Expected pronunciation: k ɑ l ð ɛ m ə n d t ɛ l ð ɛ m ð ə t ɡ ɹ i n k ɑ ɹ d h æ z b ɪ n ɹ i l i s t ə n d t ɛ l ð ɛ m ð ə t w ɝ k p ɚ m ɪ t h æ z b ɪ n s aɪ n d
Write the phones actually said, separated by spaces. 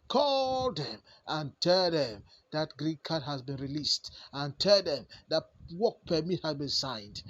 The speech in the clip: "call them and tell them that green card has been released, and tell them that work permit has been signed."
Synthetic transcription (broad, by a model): k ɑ l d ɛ m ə n t ɛ l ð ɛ m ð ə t ɡ ɹ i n k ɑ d h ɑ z b ɪ n ɹ i l i s t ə n t ɛ l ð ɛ m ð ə t w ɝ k p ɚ m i t h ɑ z b ɪ n s aɪ n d